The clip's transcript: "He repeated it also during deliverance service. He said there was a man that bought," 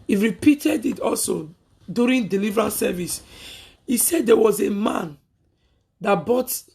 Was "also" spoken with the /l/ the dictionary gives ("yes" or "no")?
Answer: yes